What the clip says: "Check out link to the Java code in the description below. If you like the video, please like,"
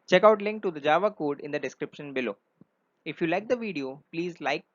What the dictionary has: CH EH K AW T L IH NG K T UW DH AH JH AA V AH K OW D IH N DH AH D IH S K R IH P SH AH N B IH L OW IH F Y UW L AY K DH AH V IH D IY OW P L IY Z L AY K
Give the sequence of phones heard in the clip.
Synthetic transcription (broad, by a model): CH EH K AW T L IH NG K T UW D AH JH AA V AH K OW D IH N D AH D IH S K R IH P SH AH N B IH L OW IH F Y UW L AY K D AH V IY D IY OW P L IY Z L AY K